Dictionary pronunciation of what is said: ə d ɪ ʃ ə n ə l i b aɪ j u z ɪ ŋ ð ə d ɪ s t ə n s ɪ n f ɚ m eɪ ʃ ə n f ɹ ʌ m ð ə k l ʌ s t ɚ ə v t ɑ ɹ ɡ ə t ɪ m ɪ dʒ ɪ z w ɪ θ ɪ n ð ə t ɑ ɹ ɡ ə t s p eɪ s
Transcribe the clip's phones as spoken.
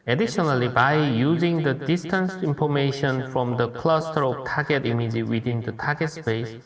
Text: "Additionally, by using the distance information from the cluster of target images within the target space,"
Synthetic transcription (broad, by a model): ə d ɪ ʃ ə n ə l i b aɪ j u z ɪ ŋ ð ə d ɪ s t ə n s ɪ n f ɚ m eɪ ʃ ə n f ɹ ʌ m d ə k l ʌ s t ɚ ə v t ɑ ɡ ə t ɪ m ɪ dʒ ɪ w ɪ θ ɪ n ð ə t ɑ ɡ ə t s p eɪ s